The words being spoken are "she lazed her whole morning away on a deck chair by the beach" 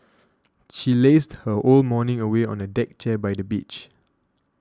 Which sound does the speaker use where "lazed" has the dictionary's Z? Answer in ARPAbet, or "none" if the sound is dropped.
S